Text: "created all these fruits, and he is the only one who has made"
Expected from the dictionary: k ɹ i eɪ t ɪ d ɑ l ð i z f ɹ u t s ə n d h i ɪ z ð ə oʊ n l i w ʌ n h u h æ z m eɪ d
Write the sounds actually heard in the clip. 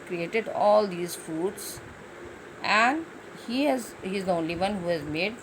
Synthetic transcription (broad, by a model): k ɹ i eɪ t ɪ d ɑ l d i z f u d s ə n d h i ɪ z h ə oʊ n l i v ʌ n h u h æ z m eɪ d